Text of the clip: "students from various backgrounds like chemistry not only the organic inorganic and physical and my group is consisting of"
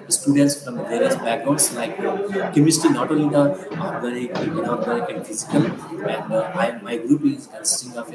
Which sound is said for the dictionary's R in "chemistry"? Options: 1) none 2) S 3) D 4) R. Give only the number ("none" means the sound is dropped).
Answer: 1